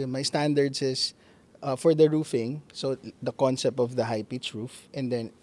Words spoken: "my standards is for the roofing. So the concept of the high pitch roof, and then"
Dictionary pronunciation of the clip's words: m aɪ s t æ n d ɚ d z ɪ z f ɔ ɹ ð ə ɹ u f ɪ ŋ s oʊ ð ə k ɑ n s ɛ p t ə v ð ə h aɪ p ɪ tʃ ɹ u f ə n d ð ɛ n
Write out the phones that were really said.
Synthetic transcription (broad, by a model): m aɪ s t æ n d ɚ d s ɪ s f ɔ ɹ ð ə ɹ u f ɪ ŋ s oʊ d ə k ɑ n s ɛ p t ə v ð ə h aɪ p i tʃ ɹ u f ə n d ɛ n